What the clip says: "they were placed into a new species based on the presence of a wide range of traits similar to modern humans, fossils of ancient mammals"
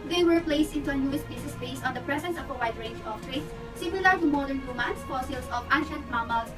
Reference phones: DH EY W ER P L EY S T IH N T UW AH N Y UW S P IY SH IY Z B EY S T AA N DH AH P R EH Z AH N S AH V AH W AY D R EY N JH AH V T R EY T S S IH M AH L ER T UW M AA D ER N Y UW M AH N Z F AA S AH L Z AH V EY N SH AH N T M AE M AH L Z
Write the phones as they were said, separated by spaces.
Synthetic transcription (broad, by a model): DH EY W ER P L EY S T IH N T UW AH N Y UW S B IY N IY S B EY S AA N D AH P R EH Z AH N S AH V AH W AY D R EY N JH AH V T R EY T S S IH M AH L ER T UW M AA D ER N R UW M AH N S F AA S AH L S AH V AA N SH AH N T M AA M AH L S